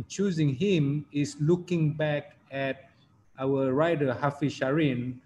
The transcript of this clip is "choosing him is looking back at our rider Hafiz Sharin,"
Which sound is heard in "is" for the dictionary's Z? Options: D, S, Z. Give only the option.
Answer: S